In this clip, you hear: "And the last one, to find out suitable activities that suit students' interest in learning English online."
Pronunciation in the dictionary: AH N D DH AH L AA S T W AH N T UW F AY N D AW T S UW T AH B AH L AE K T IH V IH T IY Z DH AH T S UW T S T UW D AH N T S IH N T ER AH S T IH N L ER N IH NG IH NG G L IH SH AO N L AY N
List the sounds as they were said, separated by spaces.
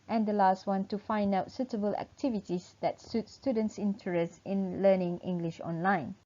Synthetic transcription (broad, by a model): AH N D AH L AA S T W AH N T UW F AY N D AW T S UW T AH B AH L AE K T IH V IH T IY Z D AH T S UW T S T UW D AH N T S IH N T ER AH S T IH N L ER N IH NG IH NG G L IH SH AO N L AY N